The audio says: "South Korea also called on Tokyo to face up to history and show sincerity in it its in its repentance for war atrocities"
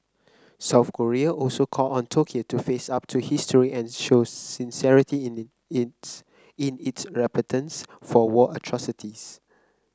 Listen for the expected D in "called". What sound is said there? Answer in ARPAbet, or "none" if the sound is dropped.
none